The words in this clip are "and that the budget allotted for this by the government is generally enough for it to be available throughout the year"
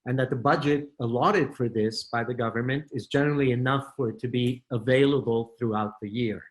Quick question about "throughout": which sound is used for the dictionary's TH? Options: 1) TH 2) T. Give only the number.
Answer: 1